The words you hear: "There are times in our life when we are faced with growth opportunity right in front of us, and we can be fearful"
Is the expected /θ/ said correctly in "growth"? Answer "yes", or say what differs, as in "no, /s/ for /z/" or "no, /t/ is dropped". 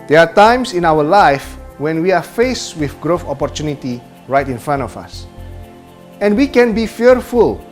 no, /f/ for /θ/